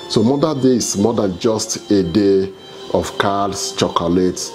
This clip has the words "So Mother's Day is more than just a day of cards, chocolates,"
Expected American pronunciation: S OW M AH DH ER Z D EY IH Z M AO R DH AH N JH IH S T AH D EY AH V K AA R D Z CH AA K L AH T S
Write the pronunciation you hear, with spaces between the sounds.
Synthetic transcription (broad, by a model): S OW M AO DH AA D EY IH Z M AO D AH N JH IH S T AH D EY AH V K AA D S CH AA K L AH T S